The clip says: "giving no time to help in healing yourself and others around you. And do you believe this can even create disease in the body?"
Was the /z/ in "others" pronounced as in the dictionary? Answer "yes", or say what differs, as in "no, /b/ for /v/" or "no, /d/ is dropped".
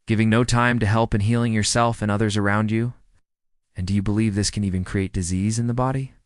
yes